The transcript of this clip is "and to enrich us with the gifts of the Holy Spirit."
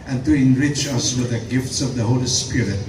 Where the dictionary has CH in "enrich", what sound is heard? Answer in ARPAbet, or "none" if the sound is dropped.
CH